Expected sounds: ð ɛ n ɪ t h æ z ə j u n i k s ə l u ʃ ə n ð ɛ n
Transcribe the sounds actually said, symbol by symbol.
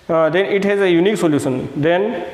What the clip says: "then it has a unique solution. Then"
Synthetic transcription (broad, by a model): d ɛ n ɪ t h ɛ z ə j u n i k s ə l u s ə n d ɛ n